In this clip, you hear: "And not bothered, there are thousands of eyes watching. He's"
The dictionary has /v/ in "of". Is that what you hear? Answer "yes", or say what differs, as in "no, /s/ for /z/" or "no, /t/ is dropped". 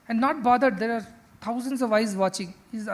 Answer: yes